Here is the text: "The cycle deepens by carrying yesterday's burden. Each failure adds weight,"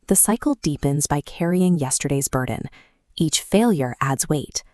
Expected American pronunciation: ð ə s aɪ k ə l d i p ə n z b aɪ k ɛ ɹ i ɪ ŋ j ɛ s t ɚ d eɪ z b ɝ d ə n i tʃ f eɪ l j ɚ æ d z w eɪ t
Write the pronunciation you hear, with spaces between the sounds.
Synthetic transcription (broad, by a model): ð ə s aɪ k l d i p ə n z b aɪ k ɛ ɹ i ɪ ŋ j ɛ s t ɚ d eɪ z b ɝ d n i tʃ f eɪ l j ɚ æ d z w eɪ t